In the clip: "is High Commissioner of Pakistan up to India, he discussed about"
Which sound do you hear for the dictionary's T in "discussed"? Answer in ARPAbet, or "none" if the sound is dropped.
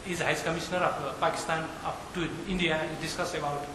none